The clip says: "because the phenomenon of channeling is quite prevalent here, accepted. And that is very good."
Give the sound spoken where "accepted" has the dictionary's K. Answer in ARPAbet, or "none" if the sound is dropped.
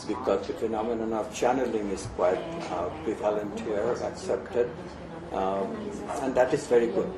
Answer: K